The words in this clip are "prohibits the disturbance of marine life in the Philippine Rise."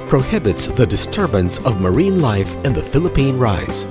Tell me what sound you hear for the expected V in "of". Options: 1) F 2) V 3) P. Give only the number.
2